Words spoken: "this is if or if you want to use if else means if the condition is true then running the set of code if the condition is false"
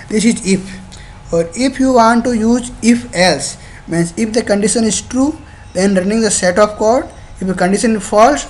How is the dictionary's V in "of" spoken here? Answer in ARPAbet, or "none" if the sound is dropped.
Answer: P